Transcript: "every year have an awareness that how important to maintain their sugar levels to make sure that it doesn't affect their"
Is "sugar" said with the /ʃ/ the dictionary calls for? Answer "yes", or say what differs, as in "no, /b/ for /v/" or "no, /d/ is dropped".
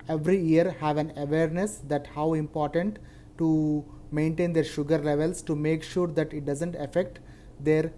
yes